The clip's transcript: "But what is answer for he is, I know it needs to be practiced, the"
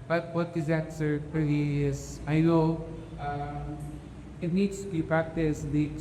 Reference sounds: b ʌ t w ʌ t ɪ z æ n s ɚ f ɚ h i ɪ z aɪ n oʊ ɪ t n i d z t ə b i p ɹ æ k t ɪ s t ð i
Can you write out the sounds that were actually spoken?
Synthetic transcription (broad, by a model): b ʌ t w ʌ t ɪ z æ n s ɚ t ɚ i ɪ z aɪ l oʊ ɪ t n i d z t ə b i p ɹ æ k t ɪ s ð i